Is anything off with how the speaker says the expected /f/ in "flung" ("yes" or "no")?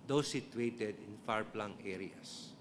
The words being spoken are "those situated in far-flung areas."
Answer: yes